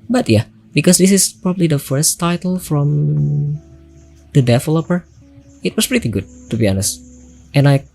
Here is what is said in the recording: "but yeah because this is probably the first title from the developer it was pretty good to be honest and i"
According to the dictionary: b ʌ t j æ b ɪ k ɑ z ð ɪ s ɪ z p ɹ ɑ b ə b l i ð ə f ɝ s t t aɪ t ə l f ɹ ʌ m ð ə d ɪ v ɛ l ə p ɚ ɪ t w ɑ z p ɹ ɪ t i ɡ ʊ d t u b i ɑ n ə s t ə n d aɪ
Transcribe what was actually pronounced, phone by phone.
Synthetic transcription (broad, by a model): b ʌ t j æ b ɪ k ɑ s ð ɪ s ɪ s p ɹ ɑ b ə b l i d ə f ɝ s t t aɪ t ə l f ɹ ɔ m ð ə d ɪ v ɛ l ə p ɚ ɪ t w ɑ s p ɹ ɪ t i ɡ ʊ d t u b i ɑ n ə s t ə n aɪ